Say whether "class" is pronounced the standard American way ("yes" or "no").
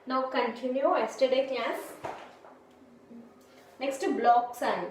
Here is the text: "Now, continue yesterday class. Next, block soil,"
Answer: no